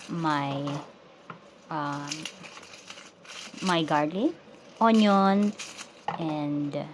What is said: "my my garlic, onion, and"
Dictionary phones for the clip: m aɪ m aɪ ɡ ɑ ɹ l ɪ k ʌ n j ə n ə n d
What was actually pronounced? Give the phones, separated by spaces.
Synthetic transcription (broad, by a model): m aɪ m aɪ ɡ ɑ ɹ l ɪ ɔ n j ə n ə n d